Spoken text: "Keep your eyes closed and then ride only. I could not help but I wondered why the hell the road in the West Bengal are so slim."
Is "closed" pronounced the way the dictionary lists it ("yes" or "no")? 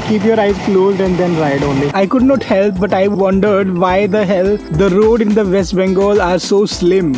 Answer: yes